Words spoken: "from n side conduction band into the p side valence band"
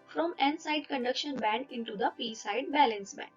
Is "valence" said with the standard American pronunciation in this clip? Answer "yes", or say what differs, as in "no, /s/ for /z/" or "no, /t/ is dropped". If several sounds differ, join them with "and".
no, /b/ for /v/